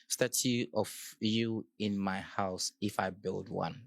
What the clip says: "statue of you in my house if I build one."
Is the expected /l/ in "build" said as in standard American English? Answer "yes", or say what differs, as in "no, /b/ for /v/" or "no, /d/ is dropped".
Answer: yes